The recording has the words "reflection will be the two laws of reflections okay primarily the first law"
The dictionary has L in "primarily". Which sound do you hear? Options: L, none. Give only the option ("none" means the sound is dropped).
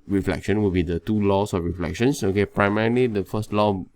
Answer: L